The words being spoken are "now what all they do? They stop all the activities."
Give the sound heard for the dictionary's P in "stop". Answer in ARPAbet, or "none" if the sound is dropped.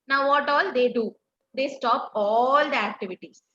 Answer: P